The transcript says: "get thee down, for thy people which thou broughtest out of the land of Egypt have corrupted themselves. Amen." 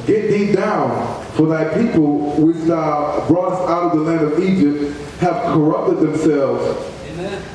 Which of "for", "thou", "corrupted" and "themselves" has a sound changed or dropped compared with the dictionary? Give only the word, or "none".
none